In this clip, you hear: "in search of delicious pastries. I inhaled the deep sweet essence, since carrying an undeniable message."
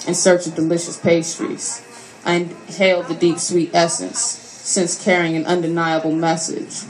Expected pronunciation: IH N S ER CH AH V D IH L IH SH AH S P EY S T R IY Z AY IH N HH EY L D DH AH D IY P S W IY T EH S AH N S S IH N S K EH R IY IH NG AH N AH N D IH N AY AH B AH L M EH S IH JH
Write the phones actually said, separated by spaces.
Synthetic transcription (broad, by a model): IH N S ER CH AH V D IH L IH SH AH S P EY S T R IY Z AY IH N HH EY L D DH AH D IY P S W IY T EH S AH N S S IH N S K EH R IY IH NG AH N AH N D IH N AY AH B L M EH S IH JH